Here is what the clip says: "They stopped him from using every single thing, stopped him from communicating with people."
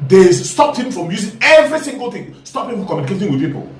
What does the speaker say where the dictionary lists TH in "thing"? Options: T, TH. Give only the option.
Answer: T